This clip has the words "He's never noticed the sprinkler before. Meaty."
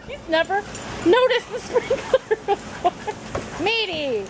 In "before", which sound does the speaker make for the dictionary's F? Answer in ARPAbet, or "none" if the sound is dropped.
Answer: none